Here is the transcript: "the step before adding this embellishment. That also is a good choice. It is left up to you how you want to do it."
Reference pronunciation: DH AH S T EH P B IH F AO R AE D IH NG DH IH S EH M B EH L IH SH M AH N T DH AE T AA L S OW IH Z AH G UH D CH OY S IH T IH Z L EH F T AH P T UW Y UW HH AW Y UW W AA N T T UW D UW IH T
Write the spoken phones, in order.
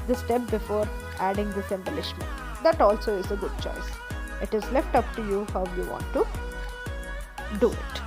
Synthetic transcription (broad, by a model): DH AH S T EH P B IH F AO R AE D IH NG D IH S EH M B EH L IH SH M AH N T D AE T AA L S OW IH Z AH G UH D CH OY S IH T IH Z L EH F T AH P T UW Y UW HH AW Y UW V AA N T T UW D UW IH T